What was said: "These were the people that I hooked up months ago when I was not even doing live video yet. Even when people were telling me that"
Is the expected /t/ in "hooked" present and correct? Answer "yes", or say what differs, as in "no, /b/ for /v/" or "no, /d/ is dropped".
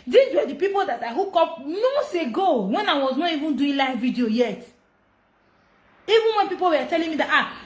no, /t/ is dropped